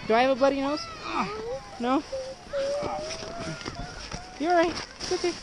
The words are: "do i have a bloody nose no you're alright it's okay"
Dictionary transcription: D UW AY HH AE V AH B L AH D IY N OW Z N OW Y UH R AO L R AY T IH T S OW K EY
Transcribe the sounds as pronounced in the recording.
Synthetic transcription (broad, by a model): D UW AY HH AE V AH B L AH D IY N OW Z N OW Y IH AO R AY IH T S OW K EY